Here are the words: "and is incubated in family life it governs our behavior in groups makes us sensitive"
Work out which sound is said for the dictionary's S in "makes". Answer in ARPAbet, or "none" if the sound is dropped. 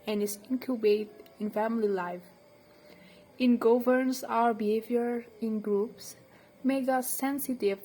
none